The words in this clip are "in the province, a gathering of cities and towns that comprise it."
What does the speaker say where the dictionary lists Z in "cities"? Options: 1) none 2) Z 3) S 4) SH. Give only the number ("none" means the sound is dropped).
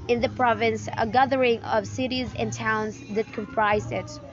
2